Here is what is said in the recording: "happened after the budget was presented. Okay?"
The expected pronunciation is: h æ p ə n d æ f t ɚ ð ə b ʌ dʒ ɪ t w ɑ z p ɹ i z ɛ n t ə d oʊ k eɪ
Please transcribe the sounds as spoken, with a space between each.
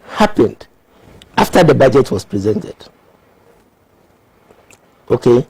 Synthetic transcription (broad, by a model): h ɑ p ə n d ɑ f t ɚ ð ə b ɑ dʒ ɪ t w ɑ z p ɹ i z ɛ n t ə d oʊ k eɪ